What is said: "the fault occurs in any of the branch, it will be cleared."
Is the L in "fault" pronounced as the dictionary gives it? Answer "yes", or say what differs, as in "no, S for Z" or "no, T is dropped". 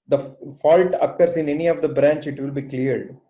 yes